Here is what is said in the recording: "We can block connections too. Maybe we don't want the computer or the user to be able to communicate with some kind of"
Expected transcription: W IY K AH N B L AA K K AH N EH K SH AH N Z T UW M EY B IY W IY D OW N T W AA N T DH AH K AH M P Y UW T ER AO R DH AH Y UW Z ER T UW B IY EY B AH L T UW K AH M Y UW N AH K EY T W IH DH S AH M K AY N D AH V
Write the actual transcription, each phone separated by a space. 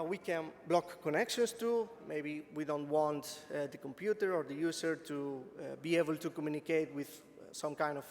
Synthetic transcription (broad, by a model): W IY K AH N B L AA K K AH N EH K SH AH N S T UW M EY B IY W IY D OW N T W AA N T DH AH K AH M P Y UW T ER AO R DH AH Y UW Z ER T UW B IY EY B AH L T UW K AH M Y UW N AH K EY T W IH DH S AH M K AY N D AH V